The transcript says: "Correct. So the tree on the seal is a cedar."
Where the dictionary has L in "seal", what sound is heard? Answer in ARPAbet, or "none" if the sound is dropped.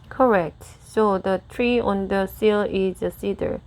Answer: L